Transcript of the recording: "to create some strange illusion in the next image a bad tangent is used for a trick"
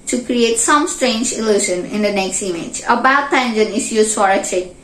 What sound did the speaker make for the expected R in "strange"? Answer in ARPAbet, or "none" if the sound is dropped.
R